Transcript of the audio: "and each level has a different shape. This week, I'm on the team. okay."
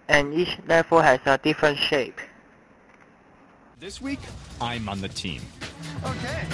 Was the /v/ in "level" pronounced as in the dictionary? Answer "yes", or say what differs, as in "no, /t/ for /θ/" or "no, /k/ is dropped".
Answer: no, /f/ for /v/